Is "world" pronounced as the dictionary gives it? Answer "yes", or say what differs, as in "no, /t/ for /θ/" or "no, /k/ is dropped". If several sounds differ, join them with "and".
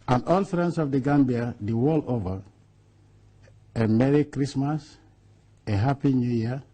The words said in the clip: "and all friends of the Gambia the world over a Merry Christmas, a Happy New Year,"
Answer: no, /d/ is dropped